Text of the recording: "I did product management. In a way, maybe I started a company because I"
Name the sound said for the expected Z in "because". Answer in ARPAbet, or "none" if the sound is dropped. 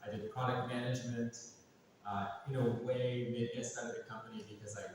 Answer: Z